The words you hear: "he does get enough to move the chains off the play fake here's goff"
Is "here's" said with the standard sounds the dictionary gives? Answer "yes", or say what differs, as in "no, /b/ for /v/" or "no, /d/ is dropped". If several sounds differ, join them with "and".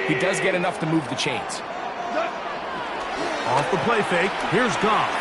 yes